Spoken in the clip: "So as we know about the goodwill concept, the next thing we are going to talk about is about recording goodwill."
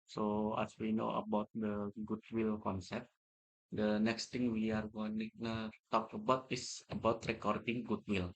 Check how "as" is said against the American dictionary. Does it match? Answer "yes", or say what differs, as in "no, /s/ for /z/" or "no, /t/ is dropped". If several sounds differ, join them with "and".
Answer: no, /s/ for /z/